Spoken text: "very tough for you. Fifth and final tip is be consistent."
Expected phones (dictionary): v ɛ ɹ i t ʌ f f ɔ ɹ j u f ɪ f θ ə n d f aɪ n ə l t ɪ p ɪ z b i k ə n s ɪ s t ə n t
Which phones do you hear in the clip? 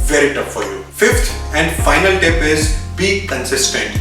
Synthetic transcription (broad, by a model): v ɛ ɹ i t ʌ p f ɔ ɹ j u f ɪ f t ə n d f aɪ n ə l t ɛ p ɪ z b i k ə n s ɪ s t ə n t